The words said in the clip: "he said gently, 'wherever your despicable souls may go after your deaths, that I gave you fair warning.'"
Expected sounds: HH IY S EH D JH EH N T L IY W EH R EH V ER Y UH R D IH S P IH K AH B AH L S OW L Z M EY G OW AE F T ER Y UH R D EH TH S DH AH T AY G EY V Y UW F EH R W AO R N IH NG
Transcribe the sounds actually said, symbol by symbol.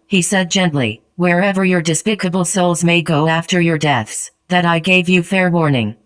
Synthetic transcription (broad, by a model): HH IY S EH D JH EH N T L IY W EH R EH V ER Y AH R D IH S P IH K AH B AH L S OW L Z M EY G OW AE F T ER Y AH R D EH TH S DH AH T AY G EY V Y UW F EH R W AO R N IH NG